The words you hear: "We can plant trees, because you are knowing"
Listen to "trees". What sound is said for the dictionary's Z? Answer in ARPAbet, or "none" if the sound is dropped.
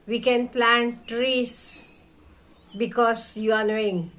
S